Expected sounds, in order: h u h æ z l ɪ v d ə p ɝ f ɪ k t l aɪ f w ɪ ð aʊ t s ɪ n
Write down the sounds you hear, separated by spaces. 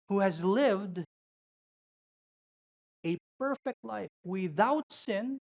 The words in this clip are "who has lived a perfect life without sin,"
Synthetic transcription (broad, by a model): h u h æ z l ɪ v d ə p ɝ f ɪ k t l aɪ f w ɪ ð aʊ t s ɪ n